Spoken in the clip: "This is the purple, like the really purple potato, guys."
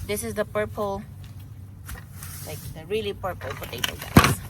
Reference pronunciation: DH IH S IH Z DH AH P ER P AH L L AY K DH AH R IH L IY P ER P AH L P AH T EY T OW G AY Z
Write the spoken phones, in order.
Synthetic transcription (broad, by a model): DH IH S IH Z DH AH P ER P AH L L AY K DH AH R IH L IY P ER P AH L F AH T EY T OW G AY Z